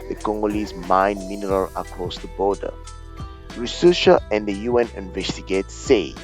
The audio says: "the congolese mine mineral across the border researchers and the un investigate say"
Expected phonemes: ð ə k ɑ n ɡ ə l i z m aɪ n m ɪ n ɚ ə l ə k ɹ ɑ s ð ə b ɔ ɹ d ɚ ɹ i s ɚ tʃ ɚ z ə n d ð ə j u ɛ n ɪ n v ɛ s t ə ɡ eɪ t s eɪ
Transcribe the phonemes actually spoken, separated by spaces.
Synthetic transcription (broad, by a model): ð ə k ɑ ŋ ɡ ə l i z m aɪ n m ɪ n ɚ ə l ə k ɹ ɑ s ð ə b ɔ d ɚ ɹ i s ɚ ʃ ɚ ə n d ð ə j u ɛ n ɪ n v ɛ s t ə ɡ eɪ t s eɪ